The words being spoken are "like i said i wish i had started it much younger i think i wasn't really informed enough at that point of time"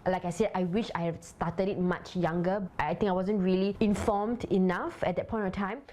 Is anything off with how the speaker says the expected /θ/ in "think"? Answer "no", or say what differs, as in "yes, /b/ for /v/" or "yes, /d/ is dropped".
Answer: yes, /t/ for /θ/